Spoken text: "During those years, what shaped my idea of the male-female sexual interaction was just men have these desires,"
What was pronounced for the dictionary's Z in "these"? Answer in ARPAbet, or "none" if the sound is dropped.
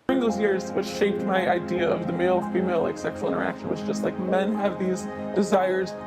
Z